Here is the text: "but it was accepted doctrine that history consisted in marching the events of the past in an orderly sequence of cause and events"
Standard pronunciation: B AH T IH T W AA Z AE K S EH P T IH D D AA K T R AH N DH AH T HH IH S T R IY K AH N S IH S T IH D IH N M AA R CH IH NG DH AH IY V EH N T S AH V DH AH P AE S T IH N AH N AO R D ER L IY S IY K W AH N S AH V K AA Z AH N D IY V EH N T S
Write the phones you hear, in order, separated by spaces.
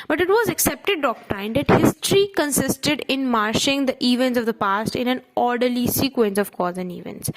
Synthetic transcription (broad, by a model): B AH T IH T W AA Z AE K S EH P T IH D D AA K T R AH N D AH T HH IH S T R IY K AH N S IH S T IH D IH N M AA R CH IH NG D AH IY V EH N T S AH V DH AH P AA S T IH N AH N AO R D ER L IY S IY K W AH N S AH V K AA Z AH N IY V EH N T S